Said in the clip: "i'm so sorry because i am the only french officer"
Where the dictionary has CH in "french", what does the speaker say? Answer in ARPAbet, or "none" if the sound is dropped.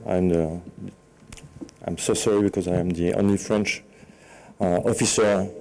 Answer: CH